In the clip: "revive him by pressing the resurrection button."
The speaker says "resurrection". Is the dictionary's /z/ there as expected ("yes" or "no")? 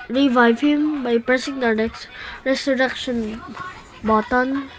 no